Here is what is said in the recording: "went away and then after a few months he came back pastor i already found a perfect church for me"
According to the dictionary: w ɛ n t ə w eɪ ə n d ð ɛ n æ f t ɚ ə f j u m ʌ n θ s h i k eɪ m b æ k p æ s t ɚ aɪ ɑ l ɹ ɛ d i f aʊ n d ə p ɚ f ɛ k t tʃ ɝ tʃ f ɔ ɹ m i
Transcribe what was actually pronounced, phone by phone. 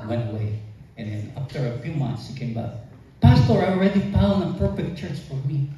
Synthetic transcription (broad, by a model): w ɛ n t ə w eɪ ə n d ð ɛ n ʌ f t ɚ ə f j u m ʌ n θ s h i k eɪ m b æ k p æ s t ɚ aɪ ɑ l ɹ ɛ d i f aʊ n ə p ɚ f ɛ k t tʃ ɝ tʃ f ɔ ɹ m i